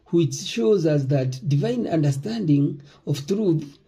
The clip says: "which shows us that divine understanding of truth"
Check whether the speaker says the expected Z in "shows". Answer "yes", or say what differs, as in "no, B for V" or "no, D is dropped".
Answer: yes